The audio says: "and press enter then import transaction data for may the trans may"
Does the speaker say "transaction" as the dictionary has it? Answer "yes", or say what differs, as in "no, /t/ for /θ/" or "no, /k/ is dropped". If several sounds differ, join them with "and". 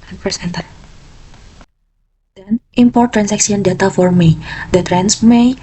no, /s/ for /z/ and /s/ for /ʃ/